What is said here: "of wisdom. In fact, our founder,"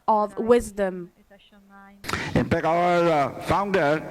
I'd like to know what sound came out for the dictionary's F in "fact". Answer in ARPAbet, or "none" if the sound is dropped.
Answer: P